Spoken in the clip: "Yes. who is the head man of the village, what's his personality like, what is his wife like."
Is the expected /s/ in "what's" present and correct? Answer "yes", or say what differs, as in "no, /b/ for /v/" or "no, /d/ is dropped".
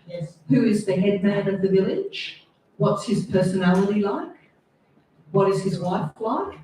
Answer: yes